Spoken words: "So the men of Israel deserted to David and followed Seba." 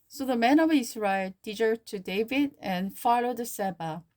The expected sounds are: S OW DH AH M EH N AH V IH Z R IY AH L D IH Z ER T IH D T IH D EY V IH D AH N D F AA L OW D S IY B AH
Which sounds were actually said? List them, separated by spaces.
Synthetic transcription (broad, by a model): S OW DH AH M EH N AH V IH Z R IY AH L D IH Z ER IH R T IH D EY V IH D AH N F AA L OW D S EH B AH